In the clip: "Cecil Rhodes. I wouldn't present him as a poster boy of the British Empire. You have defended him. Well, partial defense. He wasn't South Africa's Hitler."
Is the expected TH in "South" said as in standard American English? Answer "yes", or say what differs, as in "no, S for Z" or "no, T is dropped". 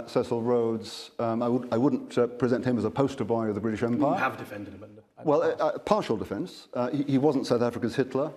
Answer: yes